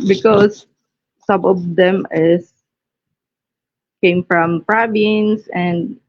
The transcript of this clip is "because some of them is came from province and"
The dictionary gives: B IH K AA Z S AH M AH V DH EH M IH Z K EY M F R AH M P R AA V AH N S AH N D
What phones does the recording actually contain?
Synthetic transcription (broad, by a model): B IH K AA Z S AH M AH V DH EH M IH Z K EY M F R AH M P R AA B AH N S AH N D